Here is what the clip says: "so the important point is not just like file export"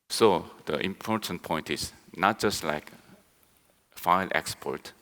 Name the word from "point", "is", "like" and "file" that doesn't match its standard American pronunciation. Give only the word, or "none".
is